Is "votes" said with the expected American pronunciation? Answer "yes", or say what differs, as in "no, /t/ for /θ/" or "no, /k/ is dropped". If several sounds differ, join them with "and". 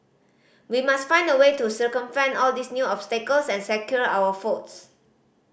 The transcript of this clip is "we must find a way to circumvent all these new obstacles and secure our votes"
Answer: no, /f/ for /v/